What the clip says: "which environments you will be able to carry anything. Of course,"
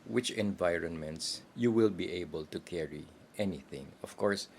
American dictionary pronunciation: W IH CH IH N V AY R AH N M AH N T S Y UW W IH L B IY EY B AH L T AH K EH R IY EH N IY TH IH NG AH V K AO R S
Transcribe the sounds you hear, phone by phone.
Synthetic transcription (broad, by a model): W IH CH IH N V AY R AH N M AH N T S Y UW W IH L B IY EY B AH L T AH K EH R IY EH N IY TH IH NG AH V K AO R S